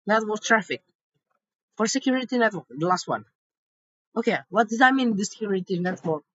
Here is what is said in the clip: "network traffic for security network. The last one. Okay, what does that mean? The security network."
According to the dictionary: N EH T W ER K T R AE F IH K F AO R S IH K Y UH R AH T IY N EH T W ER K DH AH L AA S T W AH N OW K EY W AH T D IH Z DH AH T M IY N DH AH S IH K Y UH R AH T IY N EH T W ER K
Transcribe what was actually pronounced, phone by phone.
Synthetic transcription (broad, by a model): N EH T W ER T R AE F IH K F AO R S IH K Y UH R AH T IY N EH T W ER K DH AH L AA S T W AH N OW K EY W AH T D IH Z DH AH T M IY N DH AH S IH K Y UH R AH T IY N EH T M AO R